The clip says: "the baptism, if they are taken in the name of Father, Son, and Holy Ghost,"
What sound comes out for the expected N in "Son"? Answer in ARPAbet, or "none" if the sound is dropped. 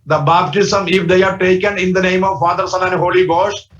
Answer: L